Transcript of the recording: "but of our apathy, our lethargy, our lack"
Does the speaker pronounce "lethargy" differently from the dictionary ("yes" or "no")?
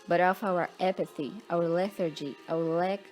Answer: no